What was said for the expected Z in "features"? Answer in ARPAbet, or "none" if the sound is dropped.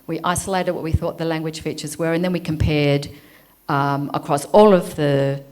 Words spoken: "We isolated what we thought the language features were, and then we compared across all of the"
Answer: Z